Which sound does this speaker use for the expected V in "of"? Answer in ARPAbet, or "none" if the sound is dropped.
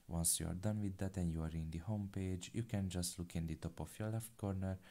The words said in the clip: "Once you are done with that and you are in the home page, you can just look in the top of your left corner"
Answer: F